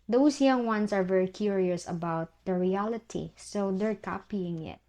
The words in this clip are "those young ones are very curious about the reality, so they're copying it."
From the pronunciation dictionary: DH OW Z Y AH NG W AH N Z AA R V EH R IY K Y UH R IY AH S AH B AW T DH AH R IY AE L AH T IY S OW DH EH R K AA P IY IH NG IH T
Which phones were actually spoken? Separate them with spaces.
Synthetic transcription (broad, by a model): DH OW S Y AH NG W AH N S AA R V EH R IY K Y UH R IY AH S AH B AW T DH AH R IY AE L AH T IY S OW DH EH R K AA P IY IH NG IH T